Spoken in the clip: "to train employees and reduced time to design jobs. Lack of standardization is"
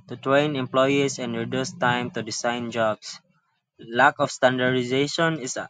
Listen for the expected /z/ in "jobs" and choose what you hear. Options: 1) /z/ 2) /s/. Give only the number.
2